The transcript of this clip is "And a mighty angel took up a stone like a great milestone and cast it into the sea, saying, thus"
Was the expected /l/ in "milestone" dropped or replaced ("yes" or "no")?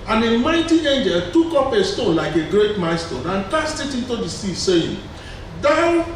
yes